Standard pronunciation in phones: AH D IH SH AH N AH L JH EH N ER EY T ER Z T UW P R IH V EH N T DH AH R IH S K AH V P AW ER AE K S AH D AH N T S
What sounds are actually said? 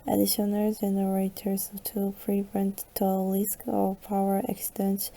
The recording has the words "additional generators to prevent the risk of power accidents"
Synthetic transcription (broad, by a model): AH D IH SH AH N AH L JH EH N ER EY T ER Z T UW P R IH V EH N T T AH L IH S K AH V P AW ER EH K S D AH N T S